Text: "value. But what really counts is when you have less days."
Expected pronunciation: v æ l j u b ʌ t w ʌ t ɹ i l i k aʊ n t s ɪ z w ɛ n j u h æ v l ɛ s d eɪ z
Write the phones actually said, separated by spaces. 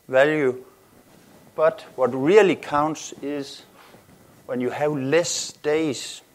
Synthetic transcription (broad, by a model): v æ l j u b ʌ t w ʌ t ɹ i l i k aʊ n t s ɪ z w ɛ n j u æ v l ɛ s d eɪ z